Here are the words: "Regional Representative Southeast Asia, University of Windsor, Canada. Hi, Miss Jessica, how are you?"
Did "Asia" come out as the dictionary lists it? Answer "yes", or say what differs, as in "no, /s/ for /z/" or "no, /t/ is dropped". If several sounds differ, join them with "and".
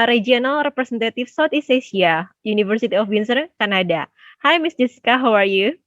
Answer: no, /s/ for /ʒ/